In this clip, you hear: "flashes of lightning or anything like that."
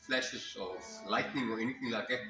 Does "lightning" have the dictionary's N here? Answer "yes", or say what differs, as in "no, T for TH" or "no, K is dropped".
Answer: yes